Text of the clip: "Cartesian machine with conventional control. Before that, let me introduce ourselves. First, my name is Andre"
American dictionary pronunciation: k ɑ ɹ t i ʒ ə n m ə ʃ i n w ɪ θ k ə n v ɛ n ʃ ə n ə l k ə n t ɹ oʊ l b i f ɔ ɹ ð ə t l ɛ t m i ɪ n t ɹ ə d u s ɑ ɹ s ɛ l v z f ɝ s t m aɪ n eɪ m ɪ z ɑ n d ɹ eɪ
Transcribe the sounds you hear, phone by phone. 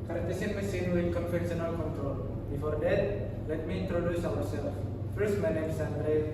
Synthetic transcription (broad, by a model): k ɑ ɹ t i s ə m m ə s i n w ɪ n k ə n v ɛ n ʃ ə n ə l k ə n t ɹ oʊ l b i f ɔ ɹ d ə t l ɛ t m i ɪ n t ɹ ə d u s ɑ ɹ s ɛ l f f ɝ s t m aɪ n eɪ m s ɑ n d ɹ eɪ